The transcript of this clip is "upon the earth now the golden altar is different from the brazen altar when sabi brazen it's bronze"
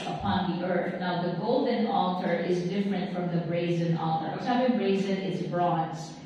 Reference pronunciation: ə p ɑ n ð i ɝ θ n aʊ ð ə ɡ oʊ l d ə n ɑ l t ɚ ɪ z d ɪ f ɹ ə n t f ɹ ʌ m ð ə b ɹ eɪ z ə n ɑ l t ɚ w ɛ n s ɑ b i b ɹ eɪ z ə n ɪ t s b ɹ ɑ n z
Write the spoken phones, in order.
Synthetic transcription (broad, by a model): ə p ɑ n ð i ɝ θ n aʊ ð ə ɡ oʊ l d ə n ɑ l t ɚ ɪ z d ɪ f ɹ ə n t f ɹ ʌ m ð ə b ɹ eɪ z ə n ɑ l t ɚ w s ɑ i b ɹ eɪ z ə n ɪ t s b ɹ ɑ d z